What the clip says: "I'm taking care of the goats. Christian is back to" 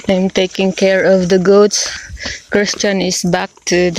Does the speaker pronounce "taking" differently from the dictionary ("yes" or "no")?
no